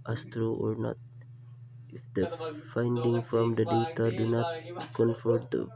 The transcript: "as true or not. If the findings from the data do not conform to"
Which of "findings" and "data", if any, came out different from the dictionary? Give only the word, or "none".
findings